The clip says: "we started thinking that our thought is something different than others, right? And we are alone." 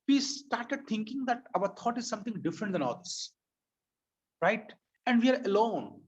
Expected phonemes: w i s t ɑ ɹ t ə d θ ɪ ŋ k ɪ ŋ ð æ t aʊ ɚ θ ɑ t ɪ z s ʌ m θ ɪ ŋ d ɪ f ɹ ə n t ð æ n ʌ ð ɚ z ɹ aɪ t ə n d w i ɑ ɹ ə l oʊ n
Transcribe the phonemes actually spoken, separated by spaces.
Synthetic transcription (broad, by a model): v i s t ɑ ɹ t ə d t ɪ ŋ k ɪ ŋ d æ t aʊ ɚ t ɑ t ɪ z s ʌ m t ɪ ŋ d ɪ f ɹ ə n t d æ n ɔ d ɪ s ɹ aɪ t ə n d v i ɑ ɹ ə l oʊ n